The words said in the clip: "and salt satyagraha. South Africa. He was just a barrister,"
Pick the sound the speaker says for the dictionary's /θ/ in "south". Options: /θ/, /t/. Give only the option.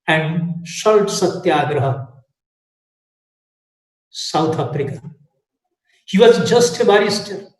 /t/